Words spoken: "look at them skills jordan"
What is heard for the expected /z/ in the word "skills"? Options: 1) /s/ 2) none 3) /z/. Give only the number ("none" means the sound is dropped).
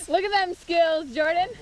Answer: 3